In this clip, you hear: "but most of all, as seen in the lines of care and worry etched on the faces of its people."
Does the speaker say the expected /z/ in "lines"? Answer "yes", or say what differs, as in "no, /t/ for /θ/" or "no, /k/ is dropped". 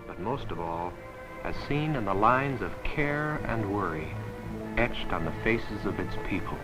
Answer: yes